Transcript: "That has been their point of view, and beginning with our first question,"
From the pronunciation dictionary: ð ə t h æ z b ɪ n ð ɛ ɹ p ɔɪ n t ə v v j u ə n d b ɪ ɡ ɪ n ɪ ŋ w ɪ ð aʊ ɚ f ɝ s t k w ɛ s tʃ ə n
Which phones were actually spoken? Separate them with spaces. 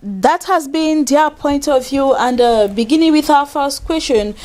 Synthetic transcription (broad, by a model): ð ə t h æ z b ɪ n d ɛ p ɔɪ n t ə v v j u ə n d b ɪ ɡ ɪ n ɪ ŋ w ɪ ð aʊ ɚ f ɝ s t k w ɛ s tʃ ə n